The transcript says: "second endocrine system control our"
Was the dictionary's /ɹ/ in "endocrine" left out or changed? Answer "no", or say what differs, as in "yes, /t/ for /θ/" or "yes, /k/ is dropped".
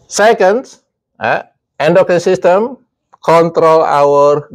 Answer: yes, /ɹ/ is dropped